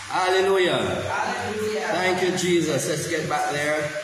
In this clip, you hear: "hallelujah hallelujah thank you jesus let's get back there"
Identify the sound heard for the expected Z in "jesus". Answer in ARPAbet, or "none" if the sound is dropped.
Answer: Z